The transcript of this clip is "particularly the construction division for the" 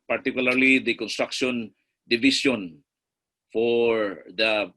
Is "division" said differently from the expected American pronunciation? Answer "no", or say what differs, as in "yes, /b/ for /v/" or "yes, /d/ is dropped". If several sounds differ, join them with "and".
yes, /s/ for /ʒ/